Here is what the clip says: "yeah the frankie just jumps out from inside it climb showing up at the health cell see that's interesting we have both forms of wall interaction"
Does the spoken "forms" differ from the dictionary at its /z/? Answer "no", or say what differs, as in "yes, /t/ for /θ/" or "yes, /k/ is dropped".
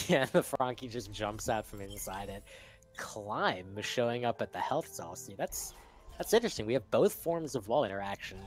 no